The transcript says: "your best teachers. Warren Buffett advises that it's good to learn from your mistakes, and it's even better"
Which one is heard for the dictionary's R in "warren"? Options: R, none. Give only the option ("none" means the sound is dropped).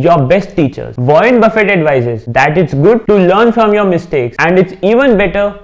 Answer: none